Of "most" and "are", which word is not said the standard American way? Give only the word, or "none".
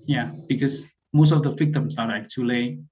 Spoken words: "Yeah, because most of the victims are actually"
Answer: are